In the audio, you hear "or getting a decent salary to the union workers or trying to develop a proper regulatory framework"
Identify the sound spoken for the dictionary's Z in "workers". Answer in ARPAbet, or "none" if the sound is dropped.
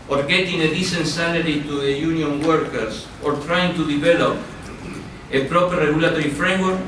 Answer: S